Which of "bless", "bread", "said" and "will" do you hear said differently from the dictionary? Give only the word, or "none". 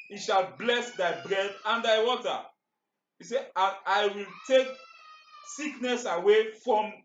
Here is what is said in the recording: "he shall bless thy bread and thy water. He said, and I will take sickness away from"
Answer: said